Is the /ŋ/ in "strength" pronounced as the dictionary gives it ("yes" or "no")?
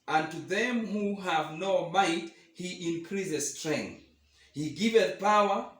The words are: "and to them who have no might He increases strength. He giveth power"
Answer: yes